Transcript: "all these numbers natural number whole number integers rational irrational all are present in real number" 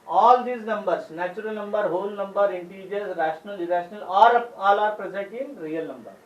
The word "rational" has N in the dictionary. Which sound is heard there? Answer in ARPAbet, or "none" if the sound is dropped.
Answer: N